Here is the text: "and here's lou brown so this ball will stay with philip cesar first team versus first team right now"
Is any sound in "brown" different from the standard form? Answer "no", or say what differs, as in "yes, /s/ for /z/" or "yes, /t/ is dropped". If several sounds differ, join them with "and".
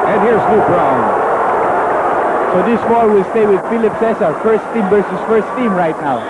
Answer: yes, /l/ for /ɹ/